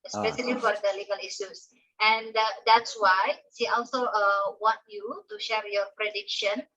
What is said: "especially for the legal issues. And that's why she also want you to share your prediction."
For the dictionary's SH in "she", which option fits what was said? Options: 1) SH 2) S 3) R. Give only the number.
2